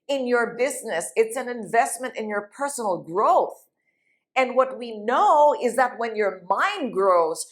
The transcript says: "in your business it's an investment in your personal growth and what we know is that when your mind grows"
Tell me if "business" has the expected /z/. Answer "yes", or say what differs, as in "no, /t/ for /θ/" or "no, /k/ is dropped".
yes